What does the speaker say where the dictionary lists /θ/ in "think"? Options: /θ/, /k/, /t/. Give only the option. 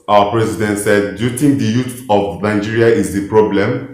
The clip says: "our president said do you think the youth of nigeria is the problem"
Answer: /t/